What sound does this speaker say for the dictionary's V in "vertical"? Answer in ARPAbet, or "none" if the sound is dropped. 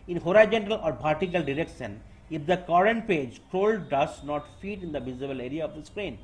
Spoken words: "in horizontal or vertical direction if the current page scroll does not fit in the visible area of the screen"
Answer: P